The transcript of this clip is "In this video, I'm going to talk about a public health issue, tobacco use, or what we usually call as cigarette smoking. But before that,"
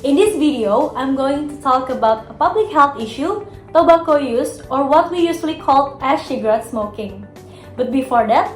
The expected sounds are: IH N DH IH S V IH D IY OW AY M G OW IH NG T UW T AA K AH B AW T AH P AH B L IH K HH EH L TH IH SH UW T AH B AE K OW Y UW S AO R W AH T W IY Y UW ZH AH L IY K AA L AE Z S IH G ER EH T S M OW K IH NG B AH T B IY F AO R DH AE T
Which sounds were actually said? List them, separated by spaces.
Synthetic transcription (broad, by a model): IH N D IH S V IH D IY OW AY M G OW IH NG T UW T AA K AH B AW T AH P AH B L IH K HH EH L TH IH SH UW T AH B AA K OW Y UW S AO R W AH T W IY Y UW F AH L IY K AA L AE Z SH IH G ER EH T S M OW K IH NG B AH T B IY F AO R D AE T